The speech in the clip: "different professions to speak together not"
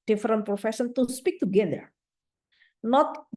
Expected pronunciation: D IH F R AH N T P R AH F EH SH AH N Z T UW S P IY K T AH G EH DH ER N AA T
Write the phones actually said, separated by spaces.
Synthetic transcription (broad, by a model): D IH F R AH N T P R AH F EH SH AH N T UW S P IY K T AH G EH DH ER N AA T